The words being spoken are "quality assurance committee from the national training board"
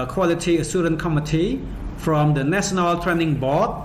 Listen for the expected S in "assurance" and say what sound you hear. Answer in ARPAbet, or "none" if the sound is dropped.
none